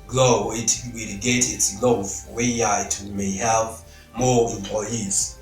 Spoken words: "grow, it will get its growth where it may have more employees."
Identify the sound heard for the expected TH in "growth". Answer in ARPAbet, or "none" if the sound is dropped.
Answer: F